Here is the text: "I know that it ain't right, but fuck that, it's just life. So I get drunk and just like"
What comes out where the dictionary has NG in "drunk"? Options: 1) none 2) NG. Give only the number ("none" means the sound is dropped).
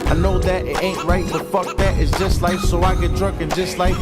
1